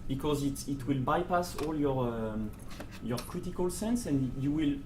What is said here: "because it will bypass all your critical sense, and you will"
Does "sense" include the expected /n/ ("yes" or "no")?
yes